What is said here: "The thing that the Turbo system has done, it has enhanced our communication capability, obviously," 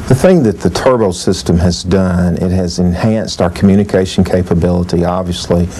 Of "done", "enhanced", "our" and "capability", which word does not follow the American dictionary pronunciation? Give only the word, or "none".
none